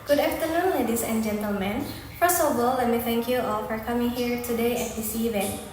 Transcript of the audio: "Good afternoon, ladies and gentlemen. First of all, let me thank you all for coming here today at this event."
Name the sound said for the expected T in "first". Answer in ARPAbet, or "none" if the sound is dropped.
none